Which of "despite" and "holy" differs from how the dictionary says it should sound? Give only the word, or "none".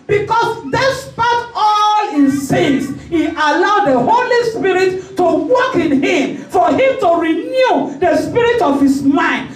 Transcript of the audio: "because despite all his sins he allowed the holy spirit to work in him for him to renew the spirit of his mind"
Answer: none